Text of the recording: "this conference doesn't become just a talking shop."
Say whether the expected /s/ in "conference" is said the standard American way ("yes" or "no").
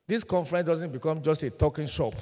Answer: no